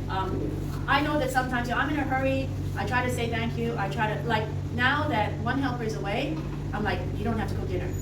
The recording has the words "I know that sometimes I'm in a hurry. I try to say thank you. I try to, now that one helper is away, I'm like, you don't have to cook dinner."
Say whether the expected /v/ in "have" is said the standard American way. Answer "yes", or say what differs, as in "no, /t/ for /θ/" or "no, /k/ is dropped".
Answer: no, /f/ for /v/